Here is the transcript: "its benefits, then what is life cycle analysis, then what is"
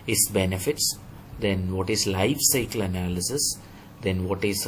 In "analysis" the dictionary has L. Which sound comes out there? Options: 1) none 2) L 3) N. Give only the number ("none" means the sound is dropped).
2